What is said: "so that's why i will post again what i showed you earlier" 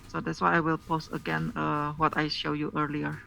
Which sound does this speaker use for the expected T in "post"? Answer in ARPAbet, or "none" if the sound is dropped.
T